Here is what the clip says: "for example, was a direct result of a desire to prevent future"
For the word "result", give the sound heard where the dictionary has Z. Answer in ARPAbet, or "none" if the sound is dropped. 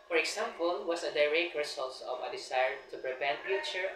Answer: S